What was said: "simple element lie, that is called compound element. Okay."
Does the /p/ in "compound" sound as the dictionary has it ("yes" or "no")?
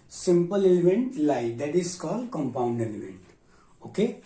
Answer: yes